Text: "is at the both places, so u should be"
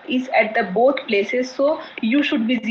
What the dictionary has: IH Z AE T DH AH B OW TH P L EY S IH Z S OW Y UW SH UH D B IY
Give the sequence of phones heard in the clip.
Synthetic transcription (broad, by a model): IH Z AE T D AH B OW T P L EY S IH Z S OW Y UW SH UH D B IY